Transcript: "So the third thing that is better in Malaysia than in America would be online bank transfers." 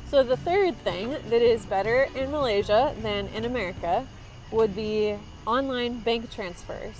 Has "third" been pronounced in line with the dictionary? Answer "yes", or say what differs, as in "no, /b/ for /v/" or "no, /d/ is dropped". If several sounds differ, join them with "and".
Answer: yes